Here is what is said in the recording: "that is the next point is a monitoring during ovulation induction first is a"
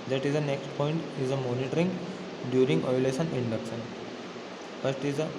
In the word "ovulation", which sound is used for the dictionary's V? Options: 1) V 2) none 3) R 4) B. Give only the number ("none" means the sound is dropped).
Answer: 2